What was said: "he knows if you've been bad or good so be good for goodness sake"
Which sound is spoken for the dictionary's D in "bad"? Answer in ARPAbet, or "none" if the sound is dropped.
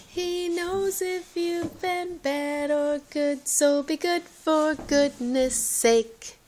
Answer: D